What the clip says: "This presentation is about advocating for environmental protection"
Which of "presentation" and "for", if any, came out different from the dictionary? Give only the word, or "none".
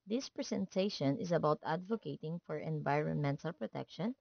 presentation